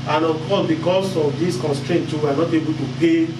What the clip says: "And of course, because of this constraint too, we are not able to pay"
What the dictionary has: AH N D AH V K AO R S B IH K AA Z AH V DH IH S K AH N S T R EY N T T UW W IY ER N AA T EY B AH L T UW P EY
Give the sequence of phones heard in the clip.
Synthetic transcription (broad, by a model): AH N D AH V K AO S B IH K AA S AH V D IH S K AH N S T R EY N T T UW W IY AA N AA T EY B AH L T UW P EY